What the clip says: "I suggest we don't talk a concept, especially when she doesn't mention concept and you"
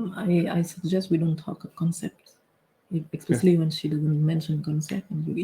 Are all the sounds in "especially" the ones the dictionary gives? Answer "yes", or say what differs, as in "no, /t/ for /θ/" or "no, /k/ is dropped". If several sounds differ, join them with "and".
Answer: no, /s/ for /ʃ/